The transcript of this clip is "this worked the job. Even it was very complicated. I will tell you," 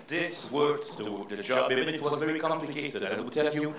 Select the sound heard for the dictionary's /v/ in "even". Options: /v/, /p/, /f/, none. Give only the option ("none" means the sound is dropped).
none